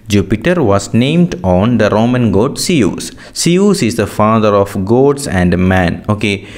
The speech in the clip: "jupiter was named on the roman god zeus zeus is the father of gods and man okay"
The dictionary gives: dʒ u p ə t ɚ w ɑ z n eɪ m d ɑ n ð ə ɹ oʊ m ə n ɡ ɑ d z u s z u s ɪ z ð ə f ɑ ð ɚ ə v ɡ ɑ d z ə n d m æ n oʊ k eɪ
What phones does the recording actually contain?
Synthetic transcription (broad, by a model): dʒ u p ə t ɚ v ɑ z n eɪ m d ɑ n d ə ɹ oʊ m ə n ɡ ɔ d s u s s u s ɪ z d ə f ɑ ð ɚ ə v ɡ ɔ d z ə n d m æ n oʊ k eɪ